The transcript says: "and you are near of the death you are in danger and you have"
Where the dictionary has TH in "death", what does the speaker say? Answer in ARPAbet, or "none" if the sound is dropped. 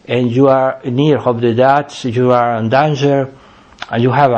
S